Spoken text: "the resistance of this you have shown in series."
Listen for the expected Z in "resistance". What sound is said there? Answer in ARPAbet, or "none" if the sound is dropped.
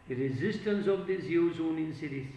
Z